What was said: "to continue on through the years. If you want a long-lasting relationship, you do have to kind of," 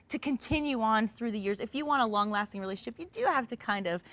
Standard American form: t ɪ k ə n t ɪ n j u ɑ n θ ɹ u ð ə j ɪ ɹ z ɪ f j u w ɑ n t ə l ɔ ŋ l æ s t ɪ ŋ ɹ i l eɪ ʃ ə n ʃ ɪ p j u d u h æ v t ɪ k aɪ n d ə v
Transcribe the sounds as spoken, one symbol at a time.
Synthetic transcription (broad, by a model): t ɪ k ə n t ɪ n j u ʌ n θ ɹ u ð ə j ɪ ɹ z ɪ f j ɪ w ɑ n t ə l ɔ ŋ l æ s t ɪ ŋ ɹ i l eɪ ʃ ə n ʃ ɪ p j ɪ d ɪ h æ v t ɪ k aɪ n d ə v